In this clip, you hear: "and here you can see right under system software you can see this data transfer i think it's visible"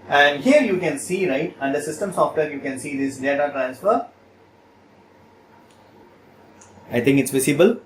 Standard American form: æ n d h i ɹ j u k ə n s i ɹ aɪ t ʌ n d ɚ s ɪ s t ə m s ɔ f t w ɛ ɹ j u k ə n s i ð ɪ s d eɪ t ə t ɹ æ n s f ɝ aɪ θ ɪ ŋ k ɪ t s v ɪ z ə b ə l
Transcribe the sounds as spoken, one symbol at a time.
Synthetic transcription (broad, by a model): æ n d h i ɹ j u k ə n s i ɹ aɪ t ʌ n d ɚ s ɪ s t ə m s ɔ f t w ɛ ɹ j u k ə n s i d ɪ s d eɪ t ə t ɹ æ n s f ɝ aɪ t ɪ ŋ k ɪ t s v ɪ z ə b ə l